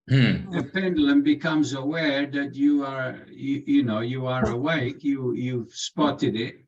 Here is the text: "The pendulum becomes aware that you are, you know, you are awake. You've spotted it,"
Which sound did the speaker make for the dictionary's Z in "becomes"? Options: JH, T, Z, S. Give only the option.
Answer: Z